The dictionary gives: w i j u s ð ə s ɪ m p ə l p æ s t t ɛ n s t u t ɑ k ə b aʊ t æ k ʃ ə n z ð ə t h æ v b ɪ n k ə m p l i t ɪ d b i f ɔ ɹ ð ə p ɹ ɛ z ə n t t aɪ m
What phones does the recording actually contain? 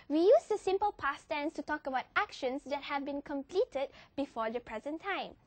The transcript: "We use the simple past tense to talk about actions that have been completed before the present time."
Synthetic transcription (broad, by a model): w i j u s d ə s ɪ m p ə l p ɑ s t t ɛ n s t u t ɑ k ə b aʊ t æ k ʃ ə n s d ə t h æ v b ɪ n k ə m p l i t ɪ d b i f ɔ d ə p ɹ ɛ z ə n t t aɪ m